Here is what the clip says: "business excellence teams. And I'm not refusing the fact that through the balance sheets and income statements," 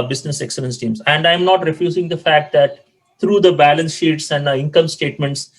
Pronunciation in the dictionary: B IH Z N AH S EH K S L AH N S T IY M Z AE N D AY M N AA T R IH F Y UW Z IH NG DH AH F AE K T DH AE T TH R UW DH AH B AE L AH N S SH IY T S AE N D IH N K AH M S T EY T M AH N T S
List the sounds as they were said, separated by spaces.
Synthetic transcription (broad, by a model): B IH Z N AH S EH K S L AH N S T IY M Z AE N D AY M N AA T R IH F Y UW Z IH NG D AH F AE K T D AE T T R UW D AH B AE L AH N S SH IY T S AE N D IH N K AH M S T EY T M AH N T S